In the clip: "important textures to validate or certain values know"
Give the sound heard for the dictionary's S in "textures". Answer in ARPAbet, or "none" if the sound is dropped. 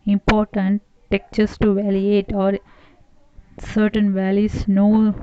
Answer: none